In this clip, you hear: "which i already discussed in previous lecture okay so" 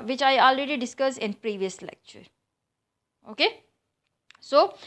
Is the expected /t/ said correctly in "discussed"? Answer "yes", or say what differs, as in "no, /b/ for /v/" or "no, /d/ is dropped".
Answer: no, /t/ is dropped